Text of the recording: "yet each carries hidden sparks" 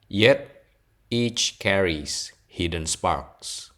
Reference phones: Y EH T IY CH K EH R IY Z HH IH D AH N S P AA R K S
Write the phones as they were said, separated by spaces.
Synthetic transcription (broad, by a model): Y EH T IY CH K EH R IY S HH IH D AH N S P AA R K S